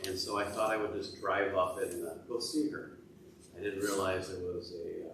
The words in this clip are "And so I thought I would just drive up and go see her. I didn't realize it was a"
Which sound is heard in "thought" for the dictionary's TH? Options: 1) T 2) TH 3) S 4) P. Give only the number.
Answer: 2